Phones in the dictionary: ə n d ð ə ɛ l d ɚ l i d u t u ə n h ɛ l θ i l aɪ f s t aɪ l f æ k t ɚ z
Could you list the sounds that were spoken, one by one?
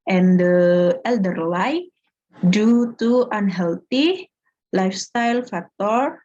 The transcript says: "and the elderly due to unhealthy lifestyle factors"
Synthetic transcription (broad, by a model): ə n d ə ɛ l d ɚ l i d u t u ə n h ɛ l t i l aɪ f s t aɪ l f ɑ k t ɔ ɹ